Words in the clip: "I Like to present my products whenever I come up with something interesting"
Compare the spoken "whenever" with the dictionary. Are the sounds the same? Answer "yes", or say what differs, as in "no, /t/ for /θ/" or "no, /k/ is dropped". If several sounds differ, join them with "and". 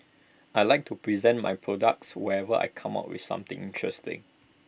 no, /n/ is dropped